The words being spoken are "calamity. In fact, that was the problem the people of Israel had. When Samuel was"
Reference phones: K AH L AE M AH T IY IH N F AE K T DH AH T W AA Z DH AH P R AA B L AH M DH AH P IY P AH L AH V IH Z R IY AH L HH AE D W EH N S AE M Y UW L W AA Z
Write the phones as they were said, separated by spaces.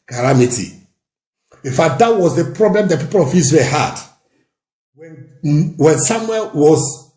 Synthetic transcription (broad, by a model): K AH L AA M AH T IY IH N F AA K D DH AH T W AA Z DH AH P R AA B L AH M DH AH P IY P AH L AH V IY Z W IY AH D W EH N W EH N S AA M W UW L W AA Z